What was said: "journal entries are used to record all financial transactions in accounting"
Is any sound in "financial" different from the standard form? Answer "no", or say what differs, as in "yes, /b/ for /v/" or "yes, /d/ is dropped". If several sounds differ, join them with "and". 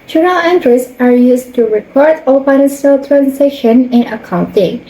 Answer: yes, /s/ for /ʃ/